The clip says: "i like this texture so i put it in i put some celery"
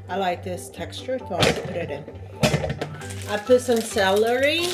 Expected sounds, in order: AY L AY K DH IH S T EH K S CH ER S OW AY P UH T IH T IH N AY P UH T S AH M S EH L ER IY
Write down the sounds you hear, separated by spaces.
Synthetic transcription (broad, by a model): AY L AY K DH IH S T EH K S CH ER TH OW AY P UH T IH T IH N AY P UH T S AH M S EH L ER IY